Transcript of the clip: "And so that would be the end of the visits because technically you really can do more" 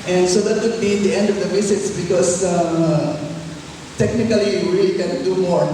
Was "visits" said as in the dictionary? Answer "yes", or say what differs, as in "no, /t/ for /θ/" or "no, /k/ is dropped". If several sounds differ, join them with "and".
no, /s/ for /z/